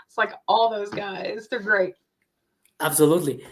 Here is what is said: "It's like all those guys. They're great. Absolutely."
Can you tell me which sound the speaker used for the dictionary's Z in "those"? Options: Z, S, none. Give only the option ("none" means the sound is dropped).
Z